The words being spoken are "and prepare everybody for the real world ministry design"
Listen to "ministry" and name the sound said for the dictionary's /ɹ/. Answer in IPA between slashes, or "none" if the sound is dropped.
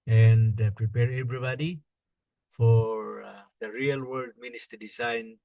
none